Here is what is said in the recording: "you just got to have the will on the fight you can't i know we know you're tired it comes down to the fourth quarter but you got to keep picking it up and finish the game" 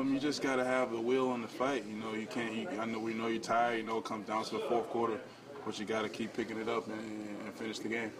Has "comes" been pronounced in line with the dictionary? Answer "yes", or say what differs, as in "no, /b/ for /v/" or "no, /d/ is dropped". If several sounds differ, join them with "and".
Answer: no, /z/ is dropped